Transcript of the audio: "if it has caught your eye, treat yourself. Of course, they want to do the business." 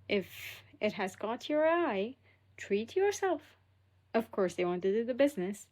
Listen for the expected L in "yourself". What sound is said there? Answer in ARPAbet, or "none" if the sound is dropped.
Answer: L